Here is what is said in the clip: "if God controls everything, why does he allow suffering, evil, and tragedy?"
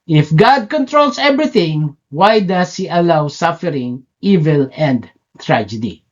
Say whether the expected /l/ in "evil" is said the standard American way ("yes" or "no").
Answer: yes